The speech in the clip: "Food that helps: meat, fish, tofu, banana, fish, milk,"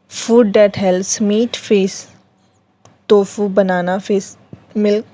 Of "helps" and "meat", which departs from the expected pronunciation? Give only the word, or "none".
helps